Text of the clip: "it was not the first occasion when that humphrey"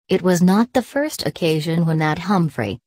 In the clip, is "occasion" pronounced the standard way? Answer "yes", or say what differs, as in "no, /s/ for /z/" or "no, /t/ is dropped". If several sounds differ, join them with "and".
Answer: yes